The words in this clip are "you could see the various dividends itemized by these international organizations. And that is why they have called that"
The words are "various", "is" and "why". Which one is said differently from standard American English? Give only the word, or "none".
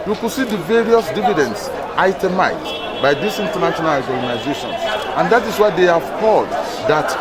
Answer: is